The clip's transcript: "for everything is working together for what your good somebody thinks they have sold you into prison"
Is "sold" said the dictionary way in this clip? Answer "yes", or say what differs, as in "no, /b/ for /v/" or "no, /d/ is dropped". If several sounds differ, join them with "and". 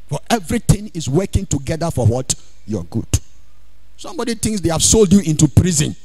yes